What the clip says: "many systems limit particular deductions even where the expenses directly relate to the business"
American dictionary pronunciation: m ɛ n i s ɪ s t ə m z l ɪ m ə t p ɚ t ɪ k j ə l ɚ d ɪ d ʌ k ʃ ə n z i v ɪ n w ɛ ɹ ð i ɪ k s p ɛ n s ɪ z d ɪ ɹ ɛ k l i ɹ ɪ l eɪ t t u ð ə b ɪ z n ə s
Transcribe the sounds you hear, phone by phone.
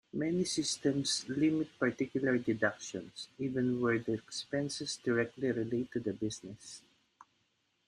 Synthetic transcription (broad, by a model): m ɛ n i s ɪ s t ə m s l ɪ m ə t p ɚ t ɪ k j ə l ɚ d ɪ d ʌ k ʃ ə n s i v ɪ n w ɛ ɹ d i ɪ k s p ɛ n s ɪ s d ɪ ɹ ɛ k l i ɹ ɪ l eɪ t t u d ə b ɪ s n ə s